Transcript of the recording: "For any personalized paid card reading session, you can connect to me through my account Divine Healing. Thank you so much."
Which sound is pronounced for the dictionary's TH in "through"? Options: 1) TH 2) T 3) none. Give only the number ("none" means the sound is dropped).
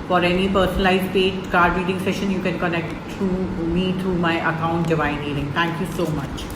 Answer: 2